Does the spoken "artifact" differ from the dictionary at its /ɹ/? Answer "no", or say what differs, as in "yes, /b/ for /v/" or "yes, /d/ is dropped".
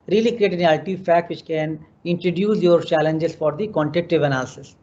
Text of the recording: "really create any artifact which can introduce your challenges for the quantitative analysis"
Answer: yes, /l/ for /ɹ/